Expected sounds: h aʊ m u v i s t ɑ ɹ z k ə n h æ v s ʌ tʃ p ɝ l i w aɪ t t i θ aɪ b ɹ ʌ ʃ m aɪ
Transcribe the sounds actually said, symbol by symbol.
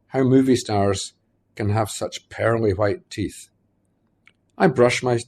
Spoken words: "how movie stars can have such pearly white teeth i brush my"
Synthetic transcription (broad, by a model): h aʊ m u v i s t ɑ ɹ z k ə n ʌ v s ʌ tʃ p ɝ l i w aɪ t t i θ aɪ b ɹ ʌ ʃ m aɪ